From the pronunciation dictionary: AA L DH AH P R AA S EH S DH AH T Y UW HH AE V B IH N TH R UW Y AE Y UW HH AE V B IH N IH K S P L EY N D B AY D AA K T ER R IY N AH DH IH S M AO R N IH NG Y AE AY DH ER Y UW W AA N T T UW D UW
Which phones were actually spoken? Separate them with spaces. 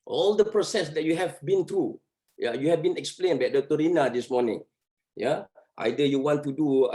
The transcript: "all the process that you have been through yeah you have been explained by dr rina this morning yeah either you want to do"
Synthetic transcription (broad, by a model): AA L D AH P R AA S EH S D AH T Y UW HH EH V B IH N T R UW Y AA Y UW HH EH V B IH N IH K S P L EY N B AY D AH T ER R IY N AH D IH S M AO N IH NG Y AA AY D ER Y UW W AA N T T UW D UW